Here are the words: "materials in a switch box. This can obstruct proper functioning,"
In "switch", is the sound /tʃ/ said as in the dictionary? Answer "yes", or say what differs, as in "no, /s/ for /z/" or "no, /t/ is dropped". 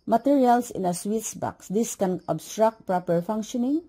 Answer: no, /s/ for /tʃ/